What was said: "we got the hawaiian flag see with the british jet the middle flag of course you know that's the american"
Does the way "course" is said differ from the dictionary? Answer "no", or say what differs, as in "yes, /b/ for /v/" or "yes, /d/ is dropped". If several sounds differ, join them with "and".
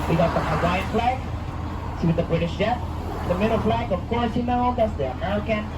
no